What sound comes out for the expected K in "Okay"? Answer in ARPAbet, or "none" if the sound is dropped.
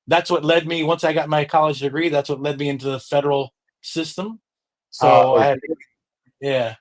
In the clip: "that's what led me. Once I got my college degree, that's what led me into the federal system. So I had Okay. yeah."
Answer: none